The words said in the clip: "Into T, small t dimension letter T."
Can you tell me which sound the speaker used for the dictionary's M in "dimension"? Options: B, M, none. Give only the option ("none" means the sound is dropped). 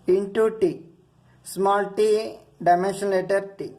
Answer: M